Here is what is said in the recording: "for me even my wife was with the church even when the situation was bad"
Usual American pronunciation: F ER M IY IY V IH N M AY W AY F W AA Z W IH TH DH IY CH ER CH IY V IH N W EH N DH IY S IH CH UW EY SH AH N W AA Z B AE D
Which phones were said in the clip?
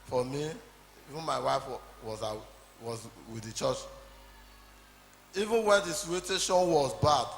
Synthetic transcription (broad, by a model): F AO M IY IY V IH N M AY W AY F W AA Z W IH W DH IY CH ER CH IY V IH N W EH N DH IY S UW UW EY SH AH N W AA Z B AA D